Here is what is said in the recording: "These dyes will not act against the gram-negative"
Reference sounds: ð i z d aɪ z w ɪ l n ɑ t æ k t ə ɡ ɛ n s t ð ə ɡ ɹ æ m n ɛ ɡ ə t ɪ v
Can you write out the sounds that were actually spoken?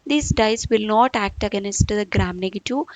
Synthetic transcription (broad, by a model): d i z d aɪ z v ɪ l n ɑ t æ k t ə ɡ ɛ n s t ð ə ɡ ɹ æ m n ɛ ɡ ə t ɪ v